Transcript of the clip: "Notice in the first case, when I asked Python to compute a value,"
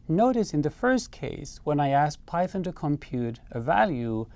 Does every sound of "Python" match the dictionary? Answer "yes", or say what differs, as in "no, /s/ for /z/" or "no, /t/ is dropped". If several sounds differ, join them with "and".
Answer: yes